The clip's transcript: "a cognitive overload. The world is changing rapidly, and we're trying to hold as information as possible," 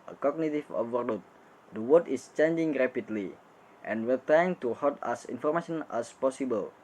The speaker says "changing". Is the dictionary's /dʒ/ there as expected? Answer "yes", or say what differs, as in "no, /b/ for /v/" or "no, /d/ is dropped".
yes